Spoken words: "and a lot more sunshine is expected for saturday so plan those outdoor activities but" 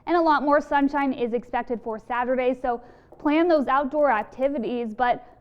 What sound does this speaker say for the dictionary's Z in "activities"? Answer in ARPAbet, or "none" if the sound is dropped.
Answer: Z